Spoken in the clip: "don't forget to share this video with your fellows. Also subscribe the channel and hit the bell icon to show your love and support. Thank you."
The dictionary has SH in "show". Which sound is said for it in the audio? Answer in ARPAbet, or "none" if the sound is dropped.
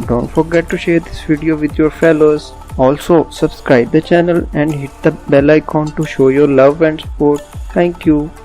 SH